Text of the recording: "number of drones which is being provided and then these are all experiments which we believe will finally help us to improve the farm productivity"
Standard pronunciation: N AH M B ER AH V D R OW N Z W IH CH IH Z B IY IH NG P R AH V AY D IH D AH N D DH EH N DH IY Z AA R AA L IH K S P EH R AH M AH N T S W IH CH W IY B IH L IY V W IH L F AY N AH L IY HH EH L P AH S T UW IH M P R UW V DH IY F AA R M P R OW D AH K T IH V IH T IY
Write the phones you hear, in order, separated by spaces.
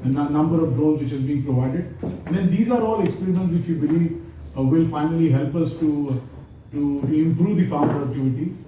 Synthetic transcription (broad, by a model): N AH M B ER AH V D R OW Z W IH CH IH Z B IY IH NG P R AH V AY D IH D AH N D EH N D IY Z AA R AA L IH K S P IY R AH AH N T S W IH CH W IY B IH L IY V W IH L F AY N AH L IY HH EH L P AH S T UW IH M P R UW V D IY F AA R M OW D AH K T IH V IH T IY